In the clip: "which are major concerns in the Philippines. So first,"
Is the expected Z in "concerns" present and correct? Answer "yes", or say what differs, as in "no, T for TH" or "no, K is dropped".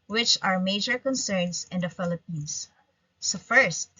no, S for Z